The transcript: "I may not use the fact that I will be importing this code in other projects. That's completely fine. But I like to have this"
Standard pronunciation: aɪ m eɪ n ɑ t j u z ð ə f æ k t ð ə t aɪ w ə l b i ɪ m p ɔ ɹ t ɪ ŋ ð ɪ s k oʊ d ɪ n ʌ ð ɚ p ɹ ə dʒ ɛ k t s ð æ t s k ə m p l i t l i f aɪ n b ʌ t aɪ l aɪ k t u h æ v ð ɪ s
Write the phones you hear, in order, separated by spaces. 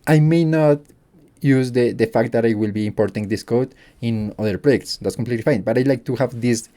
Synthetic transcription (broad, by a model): aɪ m eɪ n ɑ t j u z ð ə f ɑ k t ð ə t aɪ w ə l b i ɪ m p ɔ ɹ t ɪ ŋ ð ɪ s k oʊ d ɪ n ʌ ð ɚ p ɹ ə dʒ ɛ k t s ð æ t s k ə m p l i t l i f aɪ n b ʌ t aɪ l aɪ k t u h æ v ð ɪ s